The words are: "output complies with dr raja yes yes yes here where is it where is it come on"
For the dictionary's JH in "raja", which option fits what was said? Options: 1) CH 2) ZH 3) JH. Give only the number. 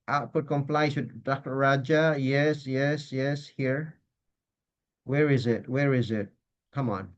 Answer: 3